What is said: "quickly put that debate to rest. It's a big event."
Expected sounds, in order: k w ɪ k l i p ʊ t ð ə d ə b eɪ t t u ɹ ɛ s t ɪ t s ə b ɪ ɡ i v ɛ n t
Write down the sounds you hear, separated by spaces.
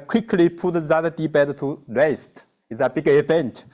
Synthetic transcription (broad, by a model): k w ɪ k l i p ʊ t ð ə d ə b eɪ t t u w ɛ s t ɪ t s ə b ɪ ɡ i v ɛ n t